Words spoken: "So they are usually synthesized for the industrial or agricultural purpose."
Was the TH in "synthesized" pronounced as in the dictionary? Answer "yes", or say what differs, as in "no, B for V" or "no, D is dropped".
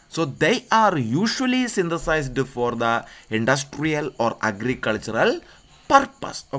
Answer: no, T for TH